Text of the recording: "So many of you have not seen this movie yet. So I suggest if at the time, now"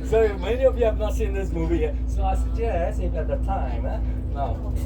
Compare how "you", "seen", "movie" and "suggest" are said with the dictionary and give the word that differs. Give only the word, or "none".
suggest